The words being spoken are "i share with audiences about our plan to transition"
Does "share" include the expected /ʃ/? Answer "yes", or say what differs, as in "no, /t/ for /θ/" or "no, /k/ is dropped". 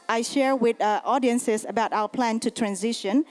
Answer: yes